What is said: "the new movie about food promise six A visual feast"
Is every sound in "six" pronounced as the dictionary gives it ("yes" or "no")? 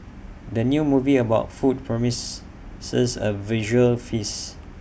no